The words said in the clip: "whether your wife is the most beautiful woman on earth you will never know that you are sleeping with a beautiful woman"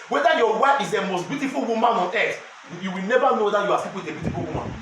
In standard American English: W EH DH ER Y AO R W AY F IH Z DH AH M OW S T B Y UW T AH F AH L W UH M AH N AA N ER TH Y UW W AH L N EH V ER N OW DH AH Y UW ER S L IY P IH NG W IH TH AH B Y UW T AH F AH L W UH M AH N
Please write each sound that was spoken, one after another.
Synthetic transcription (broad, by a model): W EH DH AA Y AO W AY F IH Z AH M OW S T B Y UW T AH F AH L W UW M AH N AA N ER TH Y UW W AH L N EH V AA N OW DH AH Y UW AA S IY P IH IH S AH B Y UW T AH F AH L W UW M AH N